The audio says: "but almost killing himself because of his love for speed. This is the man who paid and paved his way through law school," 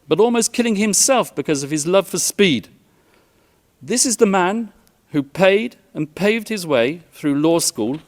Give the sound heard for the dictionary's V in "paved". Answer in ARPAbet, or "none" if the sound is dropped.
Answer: V